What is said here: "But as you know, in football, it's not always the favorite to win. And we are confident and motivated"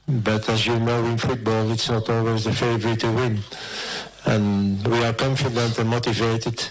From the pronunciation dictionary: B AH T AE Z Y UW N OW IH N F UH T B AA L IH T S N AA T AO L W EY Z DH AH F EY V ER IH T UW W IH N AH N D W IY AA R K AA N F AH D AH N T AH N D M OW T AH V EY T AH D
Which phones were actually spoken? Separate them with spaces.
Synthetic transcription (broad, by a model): B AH T AE Z Y UW N OW IH N F UH T B AA L IH T S N AA T AO L W EY Z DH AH F EY V ER IH T UW W IH N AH N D W IY AA R K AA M F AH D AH N T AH N M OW T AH V EY T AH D